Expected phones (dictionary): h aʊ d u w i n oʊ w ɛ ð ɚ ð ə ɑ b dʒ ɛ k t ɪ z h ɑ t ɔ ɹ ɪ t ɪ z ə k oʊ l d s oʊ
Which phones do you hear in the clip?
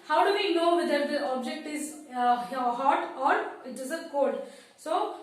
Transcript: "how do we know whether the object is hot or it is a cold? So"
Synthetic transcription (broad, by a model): h aʊ d u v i n oʊ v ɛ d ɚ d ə ɑ b dʒ ɛ k t ɪ z h ɑ t ɔ ɹ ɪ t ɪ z ə k oʊ d s oʊ